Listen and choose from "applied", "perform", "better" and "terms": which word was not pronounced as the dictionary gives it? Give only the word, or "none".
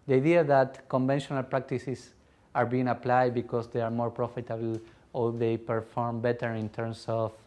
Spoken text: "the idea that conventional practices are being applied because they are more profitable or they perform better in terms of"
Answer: terms